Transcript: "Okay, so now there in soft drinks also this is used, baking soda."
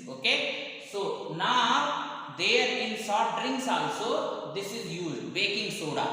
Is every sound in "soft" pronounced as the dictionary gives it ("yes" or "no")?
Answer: no